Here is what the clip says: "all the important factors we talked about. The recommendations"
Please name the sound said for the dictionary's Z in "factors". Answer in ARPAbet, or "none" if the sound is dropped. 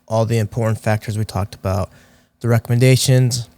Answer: Z